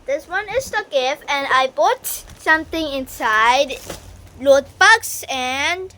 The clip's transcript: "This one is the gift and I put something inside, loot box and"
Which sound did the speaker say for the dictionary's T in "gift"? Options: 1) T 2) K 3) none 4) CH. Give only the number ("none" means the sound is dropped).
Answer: 3